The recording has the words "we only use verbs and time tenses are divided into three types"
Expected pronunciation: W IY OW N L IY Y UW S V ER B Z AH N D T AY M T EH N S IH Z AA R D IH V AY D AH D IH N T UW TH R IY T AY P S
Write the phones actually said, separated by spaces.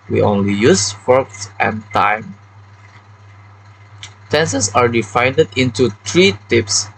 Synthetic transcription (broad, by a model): W IY OW N L IY Y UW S F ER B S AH N T AY M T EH N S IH S AA R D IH F AY D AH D IH N T UW T R IY T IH P S